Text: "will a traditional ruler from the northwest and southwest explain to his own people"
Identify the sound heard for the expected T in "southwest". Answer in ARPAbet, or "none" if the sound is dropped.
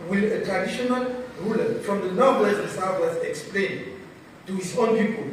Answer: none